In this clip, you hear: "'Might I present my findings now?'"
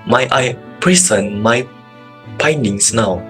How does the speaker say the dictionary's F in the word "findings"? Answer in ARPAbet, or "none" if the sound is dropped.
P